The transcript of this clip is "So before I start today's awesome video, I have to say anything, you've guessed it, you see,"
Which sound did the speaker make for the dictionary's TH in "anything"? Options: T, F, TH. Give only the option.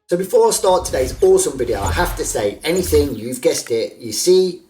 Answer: TH